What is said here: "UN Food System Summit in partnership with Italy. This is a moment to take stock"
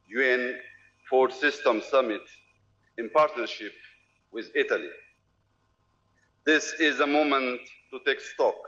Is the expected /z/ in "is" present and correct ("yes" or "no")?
yes